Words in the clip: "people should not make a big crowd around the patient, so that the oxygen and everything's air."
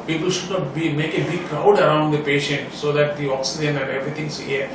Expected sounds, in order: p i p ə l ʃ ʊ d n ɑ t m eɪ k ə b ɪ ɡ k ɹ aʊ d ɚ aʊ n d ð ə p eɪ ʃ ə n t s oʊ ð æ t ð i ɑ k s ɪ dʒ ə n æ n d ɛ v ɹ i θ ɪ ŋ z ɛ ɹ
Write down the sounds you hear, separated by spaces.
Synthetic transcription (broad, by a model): p i p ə l ʃ ʊ d n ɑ t m eɪ k ə b ɪ ɡ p ɹ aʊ d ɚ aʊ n d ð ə p eɪ ʃ ə n t s oʊ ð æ t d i ɑ k s ɪ dʒ ə n æ n d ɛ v ɹ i t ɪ ŋ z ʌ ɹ